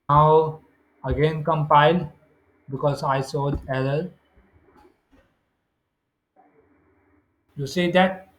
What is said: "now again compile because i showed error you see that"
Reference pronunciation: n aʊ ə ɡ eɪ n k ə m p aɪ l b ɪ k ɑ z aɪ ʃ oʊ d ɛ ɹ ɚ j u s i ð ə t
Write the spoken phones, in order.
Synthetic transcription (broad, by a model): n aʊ ə ɡ eɪ n k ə m p aɪ l b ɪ k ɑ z aɪ s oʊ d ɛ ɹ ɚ j u s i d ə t